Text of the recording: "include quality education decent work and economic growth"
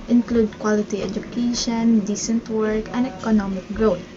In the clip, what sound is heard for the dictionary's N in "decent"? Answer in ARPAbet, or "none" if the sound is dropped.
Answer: N